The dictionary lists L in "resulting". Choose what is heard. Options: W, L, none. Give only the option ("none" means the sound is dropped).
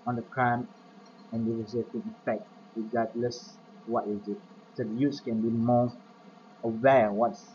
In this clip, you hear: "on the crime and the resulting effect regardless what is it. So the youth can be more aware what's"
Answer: none